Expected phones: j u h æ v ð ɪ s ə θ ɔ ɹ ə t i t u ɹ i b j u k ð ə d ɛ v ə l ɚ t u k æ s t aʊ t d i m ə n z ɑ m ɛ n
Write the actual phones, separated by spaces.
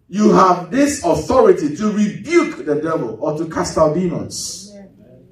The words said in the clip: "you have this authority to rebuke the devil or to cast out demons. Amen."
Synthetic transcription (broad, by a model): j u h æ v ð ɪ s ə θ ɔ ɹ ə t i t u ɹ i b j u k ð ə d ɛ v ə l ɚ t u k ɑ s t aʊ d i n ɑ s